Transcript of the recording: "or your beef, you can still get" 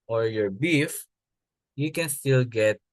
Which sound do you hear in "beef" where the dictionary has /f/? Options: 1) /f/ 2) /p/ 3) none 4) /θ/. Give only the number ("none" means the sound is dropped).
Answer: 1